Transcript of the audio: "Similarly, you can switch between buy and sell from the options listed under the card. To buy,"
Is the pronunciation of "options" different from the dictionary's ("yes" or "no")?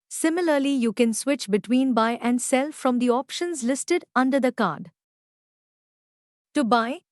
no